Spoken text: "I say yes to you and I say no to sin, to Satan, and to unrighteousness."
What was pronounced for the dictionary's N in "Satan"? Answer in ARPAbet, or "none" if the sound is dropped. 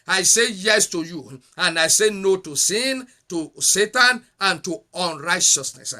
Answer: N